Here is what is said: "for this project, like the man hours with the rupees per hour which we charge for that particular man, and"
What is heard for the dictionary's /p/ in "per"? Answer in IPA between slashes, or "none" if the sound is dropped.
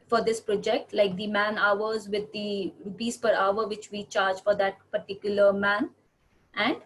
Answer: /p/